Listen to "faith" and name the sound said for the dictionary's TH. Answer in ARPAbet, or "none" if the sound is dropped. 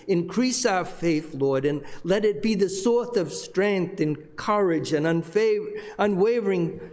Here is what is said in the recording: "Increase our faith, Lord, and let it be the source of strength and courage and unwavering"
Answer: TH